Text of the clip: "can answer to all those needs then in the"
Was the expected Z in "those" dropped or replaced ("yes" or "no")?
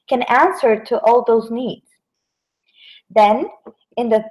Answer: no